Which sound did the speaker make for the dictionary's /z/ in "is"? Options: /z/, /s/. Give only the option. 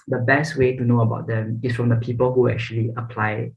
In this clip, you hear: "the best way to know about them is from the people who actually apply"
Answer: /s/